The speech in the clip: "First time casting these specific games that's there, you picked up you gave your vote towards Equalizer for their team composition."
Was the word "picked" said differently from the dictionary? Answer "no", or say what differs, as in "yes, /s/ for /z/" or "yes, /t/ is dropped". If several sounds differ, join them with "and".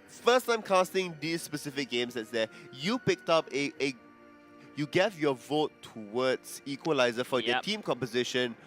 no